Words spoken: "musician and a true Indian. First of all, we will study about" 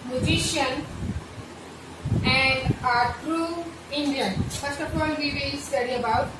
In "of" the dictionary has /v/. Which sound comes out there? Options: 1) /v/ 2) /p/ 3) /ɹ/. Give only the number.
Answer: 2